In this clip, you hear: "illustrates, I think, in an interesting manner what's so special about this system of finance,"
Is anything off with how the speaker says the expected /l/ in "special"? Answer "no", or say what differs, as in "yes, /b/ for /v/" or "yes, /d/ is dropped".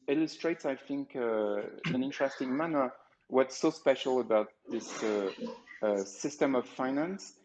no